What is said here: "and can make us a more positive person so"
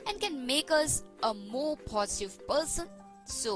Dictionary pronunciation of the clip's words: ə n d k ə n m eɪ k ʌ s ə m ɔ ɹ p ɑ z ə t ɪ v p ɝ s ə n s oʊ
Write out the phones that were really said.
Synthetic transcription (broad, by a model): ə n k ə n m eɪ k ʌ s ə m ɔ p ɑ s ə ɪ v p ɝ s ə n s oʊ